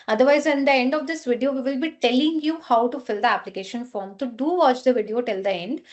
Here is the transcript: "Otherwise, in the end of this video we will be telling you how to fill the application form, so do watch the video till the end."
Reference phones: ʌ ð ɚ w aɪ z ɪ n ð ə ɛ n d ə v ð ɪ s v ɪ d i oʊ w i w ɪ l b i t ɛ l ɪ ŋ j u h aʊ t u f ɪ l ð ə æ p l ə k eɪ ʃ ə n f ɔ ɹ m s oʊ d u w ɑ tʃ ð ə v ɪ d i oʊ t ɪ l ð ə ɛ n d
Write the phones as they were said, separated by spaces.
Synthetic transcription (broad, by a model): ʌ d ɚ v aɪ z ɪ n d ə ɛ n d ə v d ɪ s v ɪ d i oʊ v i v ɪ l b i t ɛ l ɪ ŋ j u h aʊ t u f ɪ l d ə æ p l ə k eɪ ʃ ə n f ɔ ɹ m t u d u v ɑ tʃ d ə v ɪ d i oʊ t ɪ l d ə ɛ n d